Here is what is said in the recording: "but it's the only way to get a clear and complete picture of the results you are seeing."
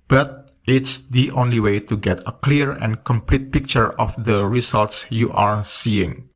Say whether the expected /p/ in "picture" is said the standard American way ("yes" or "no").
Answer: yes